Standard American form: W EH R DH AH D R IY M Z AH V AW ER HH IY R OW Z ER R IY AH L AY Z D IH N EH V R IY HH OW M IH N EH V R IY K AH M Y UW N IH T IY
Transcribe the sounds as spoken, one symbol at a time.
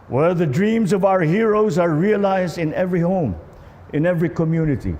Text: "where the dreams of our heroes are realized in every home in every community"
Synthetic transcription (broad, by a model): W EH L DH AH D R IY M Z AH V AW ER HH IY R OW Z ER R IY AH L AY Z D IH N EH V R IY HH OW M IH N EH V R IY K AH M Y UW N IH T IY